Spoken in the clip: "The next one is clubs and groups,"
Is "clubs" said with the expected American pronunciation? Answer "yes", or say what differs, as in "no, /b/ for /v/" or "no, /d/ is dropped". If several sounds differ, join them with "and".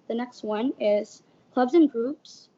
yes